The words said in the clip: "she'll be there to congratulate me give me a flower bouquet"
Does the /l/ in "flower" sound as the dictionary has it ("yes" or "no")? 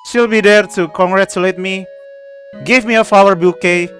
no